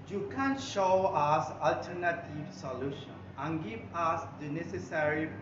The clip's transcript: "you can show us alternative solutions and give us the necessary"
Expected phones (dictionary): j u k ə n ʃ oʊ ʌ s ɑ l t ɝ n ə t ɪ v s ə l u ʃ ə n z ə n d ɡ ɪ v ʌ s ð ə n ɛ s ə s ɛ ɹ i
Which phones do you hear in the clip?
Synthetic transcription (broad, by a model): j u k ə n ʃ oʊ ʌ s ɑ l t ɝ n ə t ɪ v s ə l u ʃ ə n ə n ɡ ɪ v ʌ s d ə n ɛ s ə s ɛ ɹ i